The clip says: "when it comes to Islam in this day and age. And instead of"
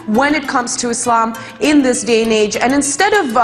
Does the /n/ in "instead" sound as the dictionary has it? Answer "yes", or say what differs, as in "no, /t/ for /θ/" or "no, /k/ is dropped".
yes